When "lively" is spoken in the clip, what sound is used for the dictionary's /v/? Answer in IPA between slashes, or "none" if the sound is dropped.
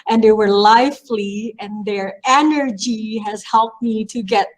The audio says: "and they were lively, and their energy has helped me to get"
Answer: /f/